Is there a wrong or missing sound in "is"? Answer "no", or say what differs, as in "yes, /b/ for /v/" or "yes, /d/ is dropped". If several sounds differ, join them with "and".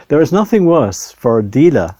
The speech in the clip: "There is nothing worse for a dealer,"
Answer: no